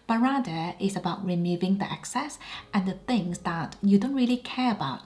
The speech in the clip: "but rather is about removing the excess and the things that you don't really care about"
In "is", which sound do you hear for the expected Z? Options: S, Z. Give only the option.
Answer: S